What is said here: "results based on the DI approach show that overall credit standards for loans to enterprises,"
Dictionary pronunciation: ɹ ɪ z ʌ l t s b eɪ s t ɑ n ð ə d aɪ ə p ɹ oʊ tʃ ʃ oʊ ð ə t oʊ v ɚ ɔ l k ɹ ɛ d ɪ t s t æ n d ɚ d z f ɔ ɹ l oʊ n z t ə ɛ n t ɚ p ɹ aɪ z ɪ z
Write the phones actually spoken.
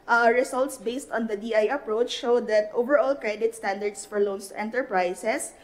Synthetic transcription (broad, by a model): ɹ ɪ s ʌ l t s b eɪ s t ɑ n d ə d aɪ ə p ɹ oʊ tʃ ʃ oʊ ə t oʊ v ɚ ɔ l k ɹ ɛ d ɪ t s t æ n d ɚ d s f ɔ ɹ l oʊ n s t ɛ n t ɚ p ɹ aɪ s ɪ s